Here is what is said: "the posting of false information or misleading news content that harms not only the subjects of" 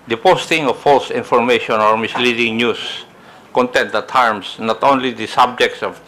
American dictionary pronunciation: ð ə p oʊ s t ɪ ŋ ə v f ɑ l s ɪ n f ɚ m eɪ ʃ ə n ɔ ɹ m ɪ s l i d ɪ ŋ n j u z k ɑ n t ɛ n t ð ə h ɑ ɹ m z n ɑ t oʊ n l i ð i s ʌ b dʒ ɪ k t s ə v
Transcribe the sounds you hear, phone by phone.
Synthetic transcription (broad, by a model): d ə p oʊ s t ɪ ŋ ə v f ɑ l s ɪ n f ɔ m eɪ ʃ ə n ɔ ɹ m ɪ s l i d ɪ ŋ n j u s k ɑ n t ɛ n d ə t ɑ ɹ m s n ɑ t oʊ n l i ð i s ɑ b dʒ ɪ k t s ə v